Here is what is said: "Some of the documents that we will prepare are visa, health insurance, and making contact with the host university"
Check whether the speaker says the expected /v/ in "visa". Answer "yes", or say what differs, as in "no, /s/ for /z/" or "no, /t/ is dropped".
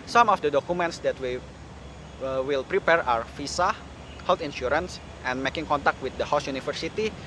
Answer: no, /f/ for /v/